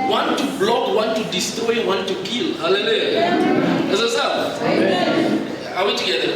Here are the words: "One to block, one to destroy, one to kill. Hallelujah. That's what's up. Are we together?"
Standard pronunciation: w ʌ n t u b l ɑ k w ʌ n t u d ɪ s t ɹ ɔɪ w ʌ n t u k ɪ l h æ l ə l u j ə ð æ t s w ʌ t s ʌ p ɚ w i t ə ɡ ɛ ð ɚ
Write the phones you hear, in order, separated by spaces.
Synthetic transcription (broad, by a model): w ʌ n t u b l ɑ k w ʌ n t u d ɪ s t ɹ ɔɪ w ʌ n t u k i l h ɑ l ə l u j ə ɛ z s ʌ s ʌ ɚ w i t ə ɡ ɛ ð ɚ